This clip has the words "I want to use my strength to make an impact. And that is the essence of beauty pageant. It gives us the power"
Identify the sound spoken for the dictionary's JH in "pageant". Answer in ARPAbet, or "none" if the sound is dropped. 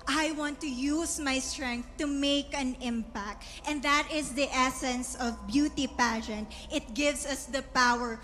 SH